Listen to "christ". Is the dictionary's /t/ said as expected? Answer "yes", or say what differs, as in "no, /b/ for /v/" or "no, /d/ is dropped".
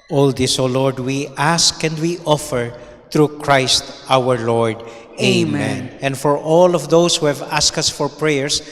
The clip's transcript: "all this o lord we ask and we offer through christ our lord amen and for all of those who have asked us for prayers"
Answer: yes